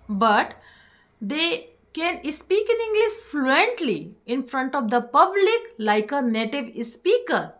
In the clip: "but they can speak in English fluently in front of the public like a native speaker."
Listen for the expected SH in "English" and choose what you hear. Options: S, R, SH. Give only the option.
S